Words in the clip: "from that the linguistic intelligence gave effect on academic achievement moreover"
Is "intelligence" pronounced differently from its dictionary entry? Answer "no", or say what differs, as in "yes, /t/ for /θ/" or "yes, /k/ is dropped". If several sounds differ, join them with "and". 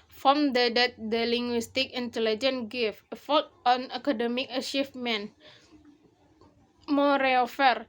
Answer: yes, /s/ is dropped